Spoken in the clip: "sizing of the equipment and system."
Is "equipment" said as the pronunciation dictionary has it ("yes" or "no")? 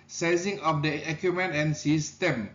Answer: no